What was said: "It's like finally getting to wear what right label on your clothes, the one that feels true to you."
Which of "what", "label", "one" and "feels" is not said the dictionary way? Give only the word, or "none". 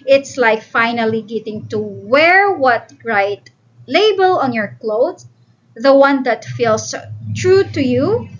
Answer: feels